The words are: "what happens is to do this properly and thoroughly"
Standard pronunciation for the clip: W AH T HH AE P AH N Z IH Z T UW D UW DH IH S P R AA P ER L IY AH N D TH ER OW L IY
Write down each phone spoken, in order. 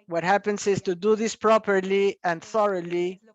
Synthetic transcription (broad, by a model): W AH T HH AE P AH N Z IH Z T UW D UW DH IH S P R AA P ER L IY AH N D TH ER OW L IY